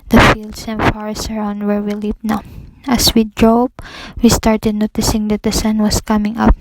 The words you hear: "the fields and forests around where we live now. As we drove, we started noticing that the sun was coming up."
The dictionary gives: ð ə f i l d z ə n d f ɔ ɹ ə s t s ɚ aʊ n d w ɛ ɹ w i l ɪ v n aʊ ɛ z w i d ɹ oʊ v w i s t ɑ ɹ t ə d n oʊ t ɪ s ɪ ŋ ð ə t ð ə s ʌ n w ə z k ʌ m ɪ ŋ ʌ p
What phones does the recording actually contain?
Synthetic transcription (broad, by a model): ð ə f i l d s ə n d f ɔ ɹ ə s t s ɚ aʊ n d w ɛ ɹ w i l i p n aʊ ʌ s w i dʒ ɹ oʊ b w i s t ɑ ɹ t ə d n oʊ t ɪ s ɪ ŋ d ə t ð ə s ʌ n w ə s k ʌ m ɪ ŋ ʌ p